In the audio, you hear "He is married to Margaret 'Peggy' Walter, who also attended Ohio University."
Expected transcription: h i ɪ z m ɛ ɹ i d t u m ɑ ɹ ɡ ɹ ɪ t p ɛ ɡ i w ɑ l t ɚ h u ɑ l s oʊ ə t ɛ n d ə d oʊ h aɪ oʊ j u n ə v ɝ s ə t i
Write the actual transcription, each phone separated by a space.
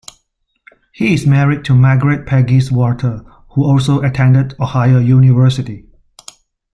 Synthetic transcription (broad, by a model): h i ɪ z m ɛ ɹ i d t u m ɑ ɡ ɹ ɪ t p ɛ ɡ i w ɑ t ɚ h u ɑ l s oʊ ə t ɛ n d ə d oʊ h aɪ oʊ j u n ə v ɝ s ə t i